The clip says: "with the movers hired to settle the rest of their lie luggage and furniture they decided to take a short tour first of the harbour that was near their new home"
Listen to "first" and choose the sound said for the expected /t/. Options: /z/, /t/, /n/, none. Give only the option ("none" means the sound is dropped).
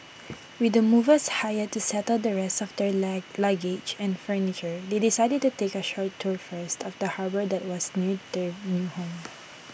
/t/